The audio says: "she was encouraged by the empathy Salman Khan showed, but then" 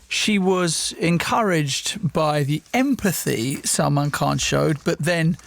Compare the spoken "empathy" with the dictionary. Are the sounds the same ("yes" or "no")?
yes